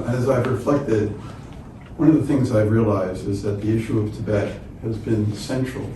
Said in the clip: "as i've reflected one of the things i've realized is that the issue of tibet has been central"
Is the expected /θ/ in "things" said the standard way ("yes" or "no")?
yes